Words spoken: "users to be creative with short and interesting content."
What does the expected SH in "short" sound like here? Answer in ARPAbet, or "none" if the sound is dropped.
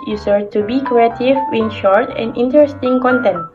SH